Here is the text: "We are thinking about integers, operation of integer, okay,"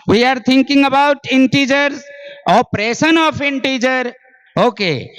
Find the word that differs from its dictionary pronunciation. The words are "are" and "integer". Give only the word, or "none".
none